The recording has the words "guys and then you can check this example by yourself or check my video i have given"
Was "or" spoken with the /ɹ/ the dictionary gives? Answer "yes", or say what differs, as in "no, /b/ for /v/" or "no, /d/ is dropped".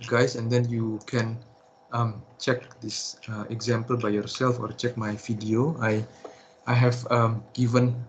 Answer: yes